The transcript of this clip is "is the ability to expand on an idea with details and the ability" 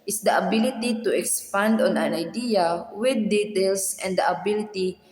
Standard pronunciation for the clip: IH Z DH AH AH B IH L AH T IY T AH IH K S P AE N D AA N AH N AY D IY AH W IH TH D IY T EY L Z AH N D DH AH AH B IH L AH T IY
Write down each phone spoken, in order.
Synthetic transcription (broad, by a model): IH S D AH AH B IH L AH T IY T AH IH K S P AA N D AA N AH N AY D IY AH W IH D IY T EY L S AH N D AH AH B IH L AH T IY